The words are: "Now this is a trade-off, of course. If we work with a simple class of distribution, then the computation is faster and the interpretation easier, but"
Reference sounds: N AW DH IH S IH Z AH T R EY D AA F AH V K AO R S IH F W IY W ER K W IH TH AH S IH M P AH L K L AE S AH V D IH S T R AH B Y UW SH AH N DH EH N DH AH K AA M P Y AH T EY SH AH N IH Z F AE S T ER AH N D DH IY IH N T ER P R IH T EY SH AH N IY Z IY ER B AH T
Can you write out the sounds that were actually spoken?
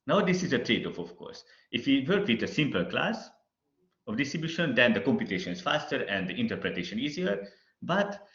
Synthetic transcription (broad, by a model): N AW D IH S IH Z AH T R EY D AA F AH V K AO R S IH F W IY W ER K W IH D AH S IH M P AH L K L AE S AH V D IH S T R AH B Y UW SH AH N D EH N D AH K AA M P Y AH T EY SH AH N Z F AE S T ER AH N D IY IH N T ER P R IH T EY SH AH N IY Z IY ER B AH T